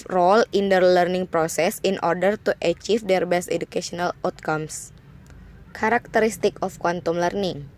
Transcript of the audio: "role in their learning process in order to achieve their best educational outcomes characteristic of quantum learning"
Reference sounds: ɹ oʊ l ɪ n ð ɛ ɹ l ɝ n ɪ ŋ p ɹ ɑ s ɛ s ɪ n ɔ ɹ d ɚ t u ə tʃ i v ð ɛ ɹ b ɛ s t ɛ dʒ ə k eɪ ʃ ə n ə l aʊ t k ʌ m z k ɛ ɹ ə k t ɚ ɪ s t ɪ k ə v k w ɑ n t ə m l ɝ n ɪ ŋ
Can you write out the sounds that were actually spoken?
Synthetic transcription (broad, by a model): ɹ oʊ l ɪ n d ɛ ɹ l ɝ n ɪ ŋ p ɹ ɑ s ɛ s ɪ n ɔ ɹ d ɚ t u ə tʃ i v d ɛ ɹ b ɛ s t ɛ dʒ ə k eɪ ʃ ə n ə l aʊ t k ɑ m s k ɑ ɹ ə k t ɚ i s t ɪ k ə f k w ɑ n t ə m l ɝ n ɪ ŋ